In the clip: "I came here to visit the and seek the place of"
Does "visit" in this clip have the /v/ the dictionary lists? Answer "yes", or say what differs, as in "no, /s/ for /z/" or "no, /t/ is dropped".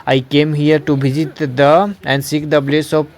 no, /b/ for /v/